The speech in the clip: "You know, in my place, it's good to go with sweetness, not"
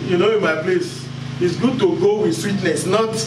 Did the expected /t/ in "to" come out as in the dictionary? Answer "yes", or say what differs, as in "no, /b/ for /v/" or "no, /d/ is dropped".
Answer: yes